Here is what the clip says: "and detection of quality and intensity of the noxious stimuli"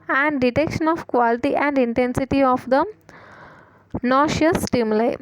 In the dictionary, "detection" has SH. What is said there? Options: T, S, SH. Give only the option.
SH